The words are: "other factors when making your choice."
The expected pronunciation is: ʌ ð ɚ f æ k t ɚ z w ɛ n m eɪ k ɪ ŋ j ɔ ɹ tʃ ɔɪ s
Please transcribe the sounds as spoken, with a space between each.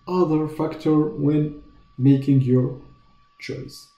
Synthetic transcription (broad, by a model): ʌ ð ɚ f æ k t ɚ w ɛ n m eɪ k ɪ ŋ j ɔ ɹ tʃ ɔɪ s